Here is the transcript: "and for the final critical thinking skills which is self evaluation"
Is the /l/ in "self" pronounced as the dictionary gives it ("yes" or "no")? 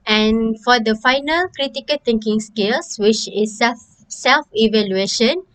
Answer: yes